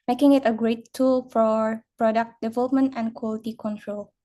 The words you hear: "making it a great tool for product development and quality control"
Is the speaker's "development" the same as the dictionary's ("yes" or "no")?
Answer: yes